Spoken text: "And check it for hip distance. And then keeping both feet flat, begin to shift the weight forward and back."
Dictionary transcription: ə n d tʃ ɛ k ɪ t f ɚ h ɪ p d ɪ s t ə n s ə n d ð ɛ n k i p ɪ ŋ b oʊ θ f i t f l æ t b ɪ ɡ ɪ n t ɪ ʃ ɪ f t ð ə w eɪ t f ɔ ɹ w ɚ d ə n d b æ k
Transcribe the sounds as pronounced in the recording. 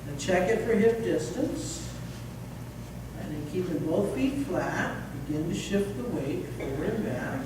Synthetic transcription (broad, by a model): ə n tʃ ɛ k ɪ t f ɚ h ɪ f d ɪ s t ə n s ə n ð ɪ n k i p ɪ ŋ b oʊ θ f i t f l æ t b ɪ ɡ ɪ n t ɪ ʃ ɪ f t ð ə w eɪ t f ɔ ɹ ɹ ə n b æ